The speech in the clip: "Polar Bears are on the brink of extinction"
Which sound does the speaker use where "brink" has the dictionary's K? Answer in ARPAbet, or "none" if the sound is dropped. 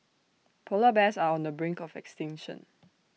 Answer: K